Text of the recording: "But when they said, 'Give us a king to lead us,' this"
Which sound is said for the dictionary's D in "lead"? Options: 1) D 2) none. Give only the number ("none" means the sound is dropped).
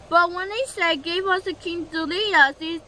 2